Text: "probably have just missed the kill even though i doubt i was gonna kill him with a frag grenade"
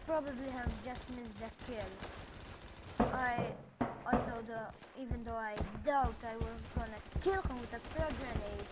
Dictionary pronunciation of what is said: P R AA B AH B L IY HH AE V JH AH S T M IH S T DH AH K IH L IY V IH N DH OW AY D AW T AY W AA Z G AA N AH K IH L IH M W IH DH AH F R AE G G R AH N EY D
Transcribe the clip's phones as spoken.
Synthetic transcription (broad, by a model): P R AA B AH B L IY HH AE V JH AH S T M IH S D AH K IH L IY V IH N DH OW AY D AW T AY W AA Z G AA N AH K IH L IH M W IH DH AH P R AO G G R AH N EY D